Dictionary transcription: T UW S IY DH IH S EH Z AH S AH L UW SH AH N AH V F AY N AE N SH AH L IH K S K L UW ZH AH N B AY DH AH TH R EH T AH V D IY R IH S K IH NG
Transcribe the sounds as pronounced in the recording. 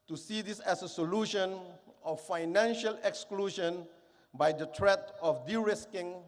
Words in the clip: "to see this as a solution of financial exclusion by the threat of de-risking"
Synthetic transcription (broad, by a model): T UW S IY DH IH S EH S AH S AH L UW SH AH N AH F F AY N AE N SH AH L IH K S K L UW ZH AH N B AY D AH T R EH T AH F D IY R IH S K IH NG